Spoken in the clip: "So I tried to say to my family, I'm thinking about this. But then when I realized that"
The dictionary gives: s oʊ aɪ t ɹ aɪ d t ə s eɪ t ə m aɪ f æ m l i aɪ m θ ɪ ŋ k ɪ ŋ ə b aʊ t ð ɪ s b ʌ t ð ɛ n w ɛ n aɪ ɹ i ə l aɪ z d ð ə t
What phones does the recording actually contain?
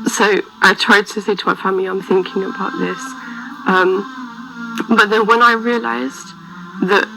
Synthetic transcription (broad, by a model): s oʊ aɪ t ɹ aɪ d t ə s eɪ t ə m aɪ f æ m l i aɪ m θ ɪ ŋ k ɪ ŋ ə b aʊ t ð ɪ s b ʌ t ð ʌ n w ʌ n aɪ ɹ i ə l aɪ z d ð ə t